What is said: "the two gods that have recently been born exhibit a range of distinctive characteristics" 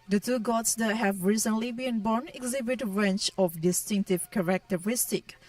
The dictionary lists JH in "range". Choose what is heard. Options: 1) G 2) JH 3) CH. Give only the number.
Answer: 3